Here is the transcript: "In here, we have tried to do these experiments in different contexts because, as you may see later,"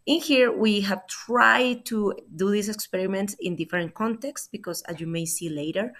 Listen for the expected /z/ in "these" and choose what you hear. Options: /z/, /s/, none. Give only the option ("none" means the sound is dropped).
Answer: /s/